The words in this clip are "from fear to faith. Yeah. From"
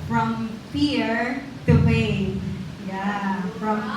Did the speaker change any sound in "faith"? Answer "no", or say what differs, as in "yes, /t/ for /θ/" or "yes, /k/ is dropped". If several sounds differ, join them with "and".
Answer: yes, /t/ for /θ/